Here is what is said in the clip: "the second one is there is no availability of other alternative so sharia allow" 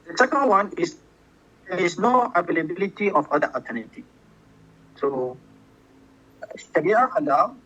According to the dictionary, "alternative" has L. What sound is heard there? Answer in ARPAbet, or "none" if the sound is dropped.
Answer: none